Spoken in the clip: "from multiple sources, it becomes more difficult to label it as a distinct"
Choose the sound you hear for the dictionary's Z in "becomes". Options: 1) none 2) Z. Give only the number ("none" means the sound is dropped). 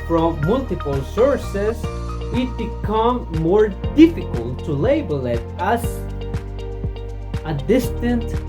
1